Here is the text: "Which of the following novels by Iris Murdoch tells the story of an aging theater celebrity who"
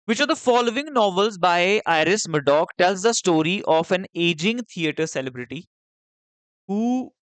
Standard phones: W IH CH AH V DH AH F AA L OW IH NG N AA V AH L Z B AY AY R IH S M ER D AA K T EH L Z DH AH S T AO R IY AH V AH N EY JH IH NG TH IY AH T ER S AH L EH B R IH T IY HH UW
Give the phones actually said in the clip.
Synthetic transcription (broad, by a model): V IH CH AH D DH AH F AA L OW IH NG N AA V AH L Z B AY AY R IH S M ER D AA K T EH L Z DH AH S T AO R IY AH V AH N EY JH IH NG T IY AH T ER S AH L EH B R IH T IY HH UW